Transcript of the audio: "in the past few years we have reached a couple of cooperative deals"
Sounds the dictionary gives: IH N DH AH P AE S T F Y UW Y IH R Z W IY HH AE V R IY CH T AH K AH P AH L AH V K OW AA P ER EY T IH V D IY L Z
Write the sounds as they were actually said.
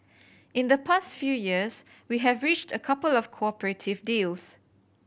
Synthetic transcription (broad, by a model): IH N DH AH P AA S T F Y UW Y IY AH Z W IY HH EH V R IY CH T AH K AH P AH L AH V K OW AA P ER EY T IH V D IY L S